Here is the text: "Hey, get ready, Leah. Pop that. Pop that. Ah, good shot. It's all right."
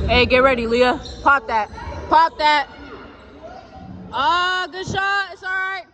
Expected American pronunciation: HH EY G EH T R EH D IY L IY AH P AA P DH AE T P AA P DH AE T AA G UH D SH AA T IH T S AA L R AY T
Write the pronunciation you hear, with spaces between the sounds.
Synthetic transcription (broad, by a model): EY G EH T R EH D IY L IY AH P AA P DH AE T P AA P DH AE T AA G UH D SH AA IH T S AA L R AY T